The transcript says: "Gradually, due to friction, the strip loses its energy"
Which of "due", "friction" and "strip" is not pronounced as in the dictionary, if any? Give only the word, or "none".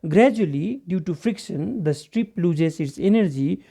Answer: none